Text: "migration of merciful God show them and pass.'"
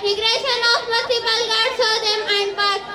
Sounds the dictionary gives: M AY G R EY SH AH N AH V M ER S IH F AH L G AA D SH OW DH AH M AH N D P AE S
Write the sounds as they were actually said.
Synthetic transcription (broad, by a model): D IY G R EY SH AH N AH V M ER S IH P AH L G AA D S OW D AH M AH N D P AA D